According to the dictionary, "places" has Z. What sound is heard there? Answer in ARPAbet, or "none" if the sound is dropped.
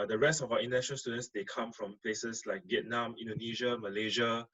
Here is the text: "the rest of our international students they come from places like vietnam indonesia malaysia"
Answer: S